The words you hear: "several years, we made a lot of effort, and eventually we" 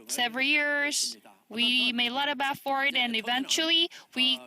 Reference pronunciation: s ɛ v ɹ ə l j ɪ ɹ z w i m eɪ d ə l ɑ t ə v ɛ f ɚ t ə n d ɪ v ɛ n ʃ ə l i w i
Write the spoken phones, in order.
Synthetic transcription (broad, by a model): s ɛ v ɹ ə l j ɪ ɹ z w i m eɪ ə l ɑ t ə b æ f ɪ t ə n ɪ v ɛ n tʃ l i w i